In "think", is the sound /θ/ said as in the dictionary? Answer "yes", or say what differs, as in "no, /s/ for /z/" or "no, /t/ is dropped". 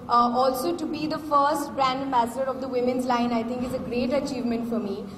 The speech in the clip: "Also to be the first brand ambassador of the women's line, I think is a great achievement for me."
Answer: no, /t/ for /θ/